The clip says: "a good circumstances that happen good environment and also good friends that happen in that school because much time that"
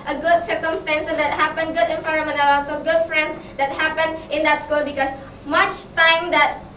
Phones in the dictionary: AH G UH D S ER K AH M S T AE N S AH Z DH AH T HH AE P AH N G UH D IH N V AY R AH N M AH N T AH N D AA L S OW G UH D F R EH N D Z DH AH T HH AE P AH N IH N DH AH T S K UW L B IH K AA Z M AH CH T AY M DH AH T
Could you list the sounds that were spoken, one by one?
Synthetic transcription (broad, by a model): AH G UH D S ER K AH M S T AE N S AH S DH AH T HH AE P AH N G UH D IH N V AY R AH M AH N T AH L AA S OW G UH D F R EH N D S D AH T HH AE P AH N IH N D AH T S K UW L B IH K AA S M AH CH T AY M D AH T